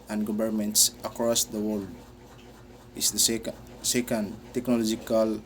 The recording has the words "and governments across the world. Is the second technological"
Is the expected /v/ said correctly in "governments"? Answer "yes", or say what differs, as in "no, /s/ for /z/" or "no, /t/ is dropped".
no, /b/ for /v/